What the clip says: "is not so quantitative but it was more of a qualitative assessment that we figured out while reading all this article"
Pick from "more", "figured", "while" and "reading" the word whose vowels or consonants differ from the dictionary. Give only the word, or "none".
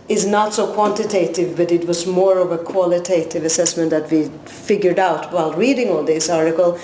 none